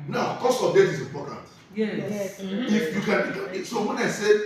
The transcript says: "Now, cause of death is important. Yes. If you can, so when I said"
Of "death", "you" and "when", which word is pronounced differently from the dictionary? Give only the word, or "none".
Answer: death